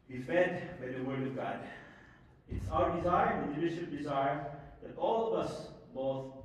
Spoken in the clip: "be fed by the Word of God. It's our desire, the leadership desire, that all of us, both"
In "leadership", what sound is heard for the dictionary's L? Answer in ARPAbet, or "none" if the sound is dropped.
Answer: N